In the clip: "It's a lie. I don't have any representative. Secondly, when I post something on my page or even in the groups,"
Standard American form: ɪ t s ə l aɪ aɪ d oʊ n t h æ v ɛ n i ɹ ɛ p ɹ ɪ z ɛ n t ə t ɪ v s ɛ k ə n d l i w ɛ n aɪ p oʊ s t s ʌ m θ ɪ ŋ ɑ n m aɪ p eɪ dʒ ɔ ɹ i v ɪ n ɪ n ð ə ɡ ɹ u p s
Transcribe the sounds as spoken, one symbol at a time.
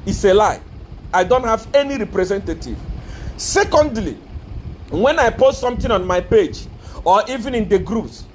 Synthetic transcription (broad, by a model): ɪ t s ə l aɪ aɪ d oʊ n t h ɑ v ɛ n i ɹ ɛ p ɹ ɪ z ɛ n t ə t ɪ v s ɛ k ə n d l i w ɛ n aɪ p oʊ s t s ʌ m t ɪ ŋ ɑ n m aɪ p eɪ dʒ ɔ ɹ i v ɪ n ɪ n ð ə ɡ ɹ u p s